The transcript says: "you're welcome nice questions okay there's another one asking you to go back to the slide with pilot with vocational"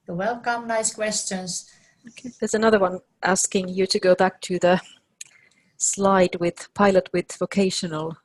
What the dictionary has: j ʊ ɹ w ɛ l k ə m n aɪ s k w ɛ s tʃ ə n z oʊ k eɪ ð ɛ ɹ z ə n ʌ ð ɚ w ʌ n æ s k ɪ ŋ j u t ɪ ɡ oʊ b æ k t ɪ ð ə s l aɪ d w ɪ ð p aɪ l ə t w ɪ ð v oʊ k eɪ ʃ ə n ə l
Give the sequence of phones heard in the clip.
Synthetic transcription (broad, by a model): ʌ w ɛ l k ə m n aɪ s k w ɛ s tʃ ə n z oʊ k eɪ ð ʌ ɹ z ə n ʌ ð ɚ w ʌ n æ s k ɪ ŋ j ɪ t ɪ ɡ oʊ b æ k t ɪ ð ə s l aɪ d w ɪ ð p aɪ l ə t w ɪ ð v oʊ k eɪ ʃ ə n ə l